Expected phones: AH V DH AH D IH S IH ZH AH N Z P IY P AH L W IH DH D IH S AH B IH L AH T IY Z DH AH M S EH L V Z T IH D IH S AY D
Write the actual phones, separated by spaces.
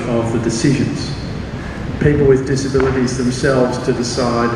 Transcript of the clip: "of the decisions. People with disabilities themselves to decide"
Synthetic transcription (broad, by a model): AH V DH AH D IH S IH ZH AH N Z P IY P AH L W IH DH D IH S AH B IH L AH T IY Z DH AH M S EH L V Z T IH D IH S AY D